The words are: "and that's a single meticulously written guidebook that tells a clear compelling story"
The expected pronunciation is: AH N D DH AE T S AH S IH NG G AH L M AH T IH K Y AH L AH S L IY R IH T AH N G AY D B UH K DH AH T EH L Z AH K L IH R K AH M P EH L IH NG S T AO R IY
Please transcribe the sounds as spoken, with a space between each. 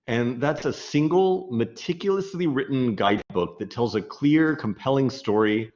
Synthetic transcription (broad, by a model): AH N DH AE T S AH S IH NG G L M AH T IH K Y L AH S L IY R IH T N G AY D B UH K DH AH T EH L Z AH K L IH R K AH M P EH L IH NG S T AO R IY